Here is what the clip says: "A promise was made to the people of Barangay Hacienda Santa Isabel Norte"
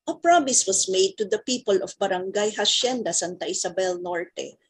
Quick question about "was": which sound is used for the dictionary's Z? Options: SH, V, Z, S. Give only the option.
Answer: S